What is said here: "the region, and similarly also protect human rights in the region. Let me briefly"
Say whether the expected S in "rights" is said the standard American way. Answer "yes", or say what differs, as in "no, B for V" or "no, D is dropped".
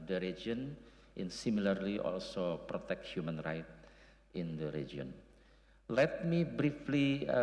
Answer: no, S is dropped